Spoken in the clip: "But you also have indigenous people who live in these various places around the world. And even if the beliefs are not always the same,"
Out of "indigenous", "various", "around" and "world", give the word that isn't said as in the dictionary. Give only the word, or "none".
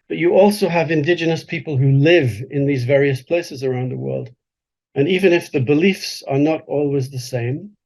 none